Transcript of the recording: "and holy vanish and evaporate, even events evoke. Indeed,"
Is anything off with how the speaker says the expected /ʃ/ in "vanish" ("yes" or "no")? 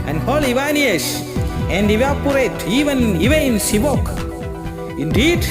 yes